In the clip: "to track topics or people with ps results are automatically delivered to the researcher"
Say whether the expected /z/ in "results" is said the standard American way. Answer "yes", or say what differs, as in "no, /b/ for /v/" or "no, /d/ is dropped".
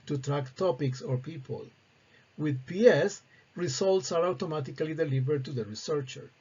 no, /s/ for /z/